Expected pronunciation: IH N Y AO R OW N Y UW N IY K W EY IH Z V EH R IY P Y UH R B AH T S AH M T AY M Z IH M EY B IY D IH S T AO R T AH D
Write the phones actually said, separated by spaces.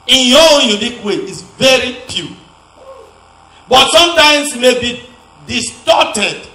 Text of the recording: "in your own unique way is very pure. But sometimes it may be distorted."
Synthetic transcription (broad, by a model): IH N Y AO OW N Y UW N IY K W EY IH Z V EH R IY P Y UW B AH T S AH M T AY M S IH M EY B IY D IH S T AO T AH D